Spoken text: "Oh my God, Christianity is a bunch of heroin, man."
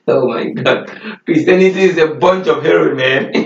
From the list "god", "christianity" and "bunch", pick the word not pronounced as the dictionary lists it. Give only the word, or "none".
christianity